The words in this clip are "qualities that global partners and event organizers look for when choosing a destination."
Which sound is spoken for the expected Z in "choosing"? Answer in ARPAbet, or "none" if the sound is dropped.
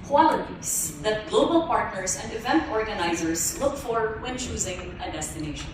Z